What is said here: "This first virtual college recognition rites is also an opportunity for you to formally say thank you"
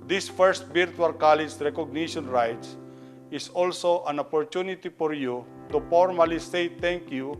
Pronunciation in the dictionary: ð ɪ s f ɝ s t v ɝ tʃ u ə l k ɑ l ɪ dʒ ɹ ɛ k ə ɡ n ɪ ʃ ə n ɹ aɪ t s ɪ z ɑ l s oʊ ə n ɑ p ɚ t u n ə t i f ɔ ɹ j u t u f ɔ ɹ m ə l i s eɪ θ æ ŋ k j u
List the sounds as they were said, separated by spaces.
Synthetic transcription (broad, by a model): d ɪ s f ɝ s t b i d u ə l k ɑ l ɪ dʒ ɹ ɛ k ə ɡ n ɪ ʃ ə n ɹ aɪ t s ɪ s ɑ l s oʊ ə n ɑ p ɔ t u n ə t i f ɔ ɹ j u t u f ɔ ɹ m ə l i s eɪ t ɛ ŋ k j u